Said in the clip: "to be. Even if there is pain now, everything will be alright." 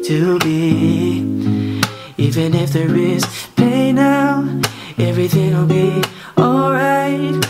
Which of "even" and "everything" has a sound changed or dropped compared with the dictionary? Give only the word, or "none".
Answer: none